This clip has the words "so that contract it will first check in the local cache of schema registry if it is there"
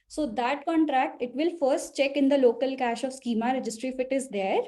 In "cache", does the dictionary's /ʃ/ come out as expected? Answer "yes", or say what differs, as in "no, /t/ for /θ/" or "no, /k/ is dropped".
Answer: yes